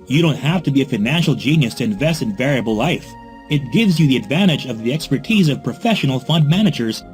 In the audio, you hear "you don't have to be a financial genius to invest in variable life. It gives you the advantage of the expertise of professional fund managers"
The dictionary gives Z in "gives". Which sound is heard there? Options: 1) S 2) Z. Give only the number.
2